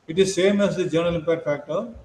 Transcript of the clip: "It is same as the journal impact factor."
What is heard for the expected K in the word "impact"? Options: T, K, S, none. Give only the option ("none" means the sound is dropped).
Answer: none